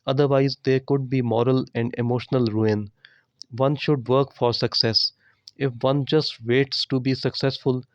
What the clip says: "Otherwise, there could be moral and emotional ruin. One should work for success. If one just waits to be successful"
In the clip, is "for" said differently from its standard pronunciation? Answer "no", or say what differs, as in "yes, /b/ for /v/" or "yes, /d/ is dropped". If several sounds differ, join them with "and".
no